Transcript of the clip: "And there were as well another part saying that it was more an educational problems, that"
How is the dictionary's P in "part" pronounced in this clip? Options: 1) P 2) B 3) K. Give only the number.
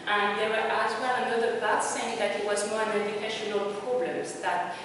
2